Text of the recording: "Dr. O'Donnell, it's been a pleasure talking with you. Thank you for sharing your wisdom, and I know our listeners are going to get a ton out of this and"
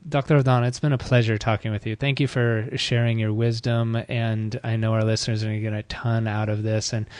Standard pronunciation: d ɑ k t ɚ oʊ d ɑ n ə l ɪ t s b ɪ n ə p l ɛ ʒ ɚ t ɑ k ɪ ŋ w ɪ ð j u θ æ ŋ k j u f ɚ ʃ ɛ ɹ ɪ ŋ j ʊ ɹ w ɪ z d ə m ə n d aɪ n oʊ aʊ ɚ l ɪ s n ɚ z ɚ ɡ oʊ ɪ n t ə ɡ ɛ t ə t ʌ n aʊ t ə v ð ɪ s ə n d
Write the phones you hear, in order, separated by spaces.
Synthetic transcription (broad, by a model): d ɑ k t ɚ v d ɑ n ɪ t s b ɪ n ə p l ɛ ʒ ɚ t ɑ k ɪ ŋ w ɪ ð j u θ æ ŋ k j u f ɚ ʃ ɛ ɹ ɪ ŋ j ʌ ɹ w ɪ z d ə m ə n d aɪ n oʊ aʊ ɚ l ɪ s n ɚ z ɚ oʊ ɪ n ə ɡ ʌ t ə t ʌ n aʊ t ə v ð ɪ s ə n